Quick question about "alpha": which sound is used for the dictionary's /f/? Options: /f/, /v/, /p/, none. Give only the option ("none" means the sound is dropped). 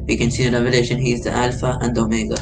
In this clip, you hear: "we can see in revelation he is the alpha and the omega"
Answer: /f/